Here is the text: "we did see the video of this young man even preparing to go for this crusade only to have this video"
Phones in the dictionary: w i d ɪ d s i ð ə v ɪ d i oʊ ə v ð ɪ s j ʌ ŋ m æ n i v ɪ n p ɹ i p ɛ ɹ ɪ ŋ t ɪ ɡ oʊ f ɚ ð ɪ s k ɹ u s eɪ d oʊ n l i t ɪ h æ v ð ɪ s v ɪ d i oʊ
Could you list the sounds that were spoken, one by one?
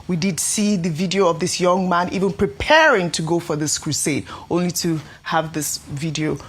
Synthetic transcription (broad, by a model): w i d ɪ d s i ð ə v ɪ d i oʊ ə v ð ɪ s j ʌ ŋ m æ n i v ɪ n p ɹ i p ɛ ɹ ɪ ŋ t ɪ ɡ oʊ f ɚ ð ɪ s k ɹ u s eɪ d oʊ n l i t ɪ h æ v ð ɪ s v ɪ d i oʊ